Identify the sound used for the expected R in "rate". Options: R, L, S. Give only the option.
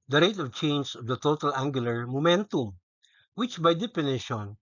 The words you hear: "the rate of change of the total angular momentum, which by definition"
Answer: R